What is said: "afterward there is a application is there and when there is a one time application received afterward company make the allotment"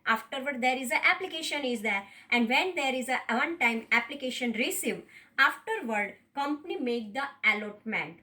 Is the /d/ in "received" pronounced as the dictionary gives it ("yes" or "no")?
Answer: no